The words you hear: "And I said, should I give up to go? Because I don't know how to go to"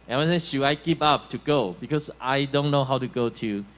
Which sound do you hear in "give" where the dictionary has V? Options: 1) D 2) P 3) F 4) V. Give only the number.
2